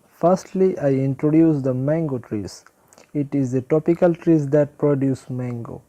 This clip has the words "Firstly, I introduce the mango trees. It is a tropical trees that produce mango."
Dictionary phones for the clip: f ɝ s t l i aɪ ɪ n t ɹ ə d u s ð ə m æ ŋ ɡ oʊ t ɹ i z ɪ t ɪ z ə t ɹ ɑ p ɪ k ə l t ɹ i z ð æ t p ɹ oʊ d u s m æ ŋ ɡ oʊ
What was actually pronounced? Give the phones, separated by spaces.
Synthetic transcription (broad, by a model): f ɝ s t l i aɪ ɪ n t ɹ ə d u s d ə m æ ŋ ɡ oʊ t ɹ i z ɪ t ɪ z ə t ɑ p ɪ k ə l t ɹ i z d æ t p ɹ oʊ d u s m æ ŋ ɡ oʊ